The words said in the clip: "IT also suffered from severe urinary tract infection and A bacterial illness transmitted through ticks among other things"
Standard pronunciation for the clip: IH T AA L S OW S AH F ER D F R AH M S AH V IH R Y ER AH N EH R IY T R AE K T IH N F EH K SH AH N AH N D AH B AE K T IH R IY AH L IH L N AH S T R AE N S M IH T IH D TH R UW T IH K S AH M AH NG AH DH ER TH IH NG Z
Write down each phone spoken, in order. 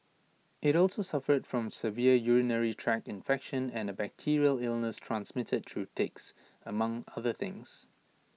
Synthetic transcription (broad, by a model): IH T AA L S OW S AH F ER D F R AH M S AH V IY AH Y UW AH N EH R IY T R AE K IH N F EH K SH AH N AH N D AH B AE K T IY R IY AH L IH L N AH S T R AE N S M IH T IH D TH R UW T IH K S AH M AH NG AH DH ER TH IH NG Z